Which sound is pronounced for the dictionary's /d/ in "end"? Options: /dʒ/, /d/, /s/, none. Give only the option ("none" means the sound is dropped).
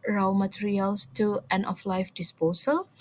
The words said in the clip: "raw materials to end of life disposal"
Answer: none